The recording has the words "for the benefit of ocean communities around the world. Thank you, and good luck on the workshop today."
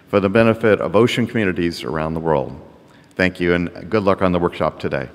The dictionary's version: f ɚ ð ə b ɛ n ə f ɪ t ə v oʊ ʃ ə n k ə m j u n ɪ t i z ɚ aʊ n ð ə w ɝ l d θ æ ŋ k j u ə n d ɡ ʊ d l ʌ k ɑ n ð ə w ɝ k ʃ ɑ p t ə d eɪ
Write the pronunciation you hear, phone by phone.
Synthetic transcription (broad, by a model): f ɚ ð ə b ɛ n ə f ɪ t ə v oʊ ʃ ə n k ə m j u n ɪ t i z ɚ aʊ n ð ə w ɝ l d θ æ ŋ k j u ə n ɡ ʊ d l ʌ k n ð ə w ɝ k ʃ ɑ p t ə d eɪ